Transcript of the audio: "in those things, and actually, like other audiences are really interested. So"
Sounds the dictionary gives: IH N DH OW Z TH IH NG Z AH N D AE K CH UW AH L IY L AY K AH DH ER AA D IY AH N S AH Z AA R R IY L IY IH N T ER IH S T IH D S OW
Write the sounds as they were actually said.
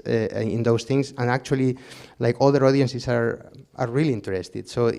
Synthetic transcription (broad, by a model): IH N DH OW S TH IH NG S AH N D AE K CH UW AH L IY L AY K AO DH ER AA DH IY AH N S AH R AA R R IY L IY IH N T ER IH S T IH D S OW